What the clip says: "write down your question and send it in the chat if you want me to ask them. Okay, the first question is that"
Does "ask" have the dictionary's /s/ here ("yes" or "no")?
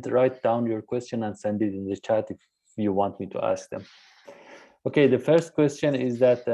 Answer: yes